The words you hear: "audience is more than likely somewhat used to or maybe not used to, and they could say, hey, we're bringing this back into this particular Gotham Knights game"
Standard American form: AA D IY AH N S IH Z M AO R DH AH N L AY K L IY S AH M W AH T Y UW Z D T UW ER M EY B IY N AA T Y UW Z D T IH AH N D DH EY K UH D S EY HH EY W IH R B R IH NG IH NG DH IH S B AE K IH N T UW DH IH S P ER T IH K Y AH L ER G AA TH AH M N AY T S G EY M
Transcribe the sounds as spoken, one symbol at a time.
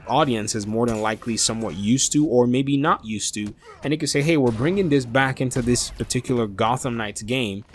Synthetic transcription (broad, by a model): AA D IY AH N S IH Z M AO R DH AH N L AY K L IY S AH M W AH T Y UW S T UW ER M EY B IY N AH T Y UW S T IH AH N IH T K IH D S EY HH EY W IH R B R IH NG IH NG DH IH S B AE K IH N T UW DH IH S P ER T IH K Y L ER G AA TH AH M N AY T S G EY M